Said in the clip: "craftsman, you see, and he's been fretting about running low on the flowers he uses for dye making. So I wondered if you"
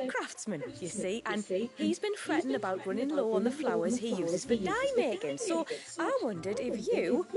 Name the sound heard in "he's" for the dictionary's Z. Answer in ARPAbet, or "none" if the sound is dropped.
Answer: Z